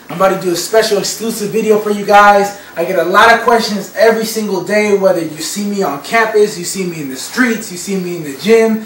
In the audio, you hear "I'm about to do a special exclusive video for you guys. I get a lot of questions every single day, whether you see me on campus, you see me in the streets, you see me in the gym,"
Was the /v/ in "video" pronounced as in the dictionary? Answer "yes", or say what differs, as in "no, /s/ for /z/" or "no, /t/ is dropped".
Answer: yes